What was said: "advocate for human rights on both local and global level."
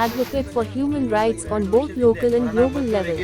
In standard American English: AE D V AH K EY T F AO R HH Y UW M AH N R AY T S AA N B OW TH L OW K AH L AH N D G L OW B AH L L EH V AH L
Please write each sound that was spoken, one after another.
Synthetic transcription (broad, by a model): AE D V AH K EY T F AO R HH Y UW M AH N R AY T S AA N B OW T L OW K AH L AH N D G L OW B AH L L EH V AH L